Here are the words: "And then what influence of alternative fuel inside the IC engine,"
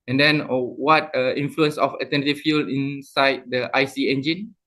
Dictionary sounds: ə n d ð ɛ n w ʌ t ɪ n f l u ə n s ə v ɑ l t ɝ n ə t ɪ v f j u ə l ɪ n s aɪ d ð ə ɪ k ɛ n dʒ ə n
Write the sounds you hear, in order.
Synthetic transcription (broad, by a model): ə n d ɛ n w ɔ t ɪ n f l u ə n s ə f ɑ t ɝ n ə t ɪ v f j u l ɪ n s aɪ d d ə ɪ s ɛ n dʒ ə n